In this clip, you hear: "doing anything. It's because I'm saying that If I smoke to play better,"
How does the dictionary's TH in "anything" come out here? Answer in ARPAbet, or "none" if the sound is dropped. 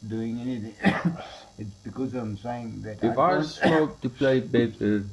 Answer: T